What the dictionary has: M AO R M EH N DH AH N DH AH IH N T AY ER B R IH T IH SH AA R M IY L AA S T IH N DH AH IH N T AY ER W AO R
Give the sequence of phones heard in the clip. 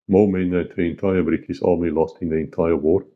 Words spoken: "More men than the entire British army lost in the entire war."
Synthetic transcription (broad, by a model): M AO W M EH N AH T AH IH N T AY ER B R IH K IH S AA L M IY L AA S T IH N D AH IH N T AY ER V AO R